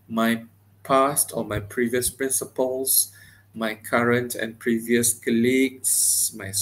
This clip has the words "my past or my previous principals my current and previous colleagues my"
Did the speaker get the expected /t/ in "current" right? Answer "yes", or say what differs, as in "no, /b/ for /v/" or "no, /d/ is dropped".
yes